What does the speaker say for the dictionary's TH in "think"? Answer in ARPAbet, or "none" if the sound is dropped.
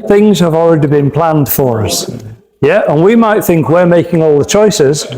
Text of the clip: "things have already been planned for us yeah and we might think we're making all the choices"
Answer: TH